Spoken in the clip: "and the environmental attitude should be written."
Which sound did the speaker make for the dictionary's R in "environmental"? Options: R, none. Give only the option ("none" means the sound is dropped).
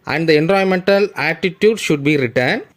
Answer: none